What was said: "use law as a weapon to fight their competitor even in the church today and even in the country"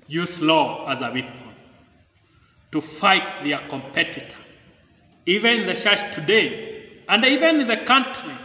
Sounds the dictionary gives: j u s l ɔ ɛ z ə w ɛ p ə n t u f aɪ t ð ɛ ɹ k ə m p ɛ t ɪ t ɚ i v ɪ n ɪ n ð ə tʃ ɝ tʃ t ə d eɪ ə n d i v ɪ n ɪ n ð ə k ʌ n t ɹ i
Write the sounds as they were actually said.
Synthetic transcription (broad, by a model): j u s l ɔ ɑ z ə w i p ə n t u f aɪ t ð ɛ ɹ k ə m p ɛ t ɪ t ɚ i v ɪ n ɪ n ð ə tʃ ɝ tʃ t ə d eɪ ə n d i v ɪ n ɪ n ð ə k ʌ n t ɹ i